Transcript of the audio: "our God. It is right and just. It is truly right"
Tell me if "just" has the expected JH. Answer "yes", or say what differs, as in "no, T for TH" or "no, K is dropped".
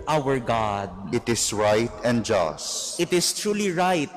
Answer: yes